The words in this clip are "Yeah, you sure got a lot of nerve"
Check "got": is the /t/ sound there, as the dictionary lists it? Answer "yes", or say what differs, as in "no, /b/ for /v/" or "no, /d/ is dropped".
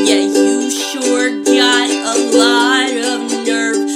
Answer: no, /t/ is dropped